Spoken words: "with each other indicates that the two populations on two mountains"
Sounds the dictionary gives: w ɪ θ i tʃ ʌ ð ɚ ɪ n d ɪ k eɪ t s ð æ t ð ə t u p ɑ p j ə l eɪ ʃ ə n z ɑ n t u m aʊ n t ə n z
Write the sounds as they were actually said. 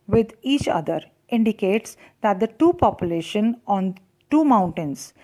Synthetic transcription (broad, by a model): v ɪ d i tʃ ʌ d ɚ ɪ n d ɪ k eɪ t s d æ t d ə t u p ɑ p j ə l eɪ ʃ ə n ɑ n t u m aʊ n t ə n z